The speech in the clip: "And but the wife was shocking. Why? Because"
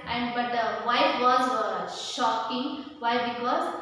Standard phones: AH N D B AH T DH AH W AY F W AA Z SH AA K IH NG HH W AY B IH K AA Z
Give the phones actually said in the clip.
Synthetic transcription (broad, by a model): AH N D B AH T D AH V AY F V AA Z SH AA K IH NG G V AY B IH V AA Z